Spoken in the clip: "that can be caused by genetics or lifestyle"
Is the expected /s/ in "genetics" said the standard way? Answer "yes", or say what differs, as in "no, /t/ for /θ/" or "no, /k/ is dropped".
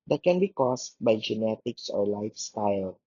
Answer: yes